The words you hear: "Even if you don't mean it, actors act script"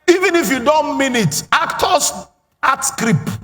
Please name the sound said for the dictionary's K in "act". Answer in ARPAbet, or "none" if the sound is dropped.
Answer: none